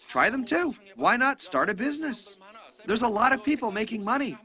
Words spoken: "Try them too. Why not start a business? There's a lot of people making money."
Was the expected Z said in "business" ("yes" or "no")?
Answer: yes